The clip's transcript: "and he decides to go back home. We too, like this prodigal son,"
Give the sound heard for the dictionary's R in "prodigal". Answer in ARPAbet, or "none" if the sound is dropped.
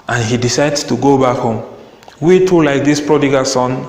R